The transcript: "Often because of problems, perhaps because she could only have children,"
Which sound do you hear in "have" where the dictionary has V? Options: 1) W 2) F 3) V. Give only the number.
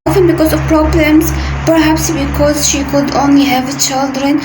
3